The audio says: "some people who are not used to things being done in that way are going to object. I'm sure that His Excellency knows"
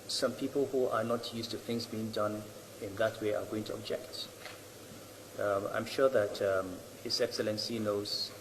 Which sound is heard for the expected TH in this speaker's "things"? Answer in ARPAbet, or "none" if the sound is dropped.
TH